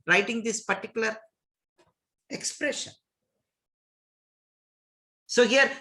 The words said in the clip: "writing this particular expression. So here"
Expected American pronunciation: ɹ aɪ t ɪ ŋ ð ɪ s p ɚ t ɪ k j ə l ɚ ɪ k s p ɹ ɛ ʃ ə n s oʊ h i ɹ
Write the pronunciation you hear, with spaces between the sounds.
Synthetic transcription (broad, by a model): ɹ aɪ t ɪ ŋ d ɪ s p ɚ t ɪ k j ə l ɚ ɪ k s p ɹ ɛ ʃ ə n s oʊ h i ɹ